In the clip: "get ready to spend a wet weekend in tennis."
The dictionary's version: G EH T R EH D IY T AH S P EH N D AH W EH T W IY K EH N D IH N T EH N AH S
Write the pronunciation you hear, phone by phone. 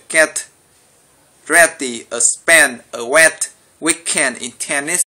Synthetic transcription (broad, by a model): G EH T R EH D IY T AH S P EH N AH W EH T W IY K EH N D IH N T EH N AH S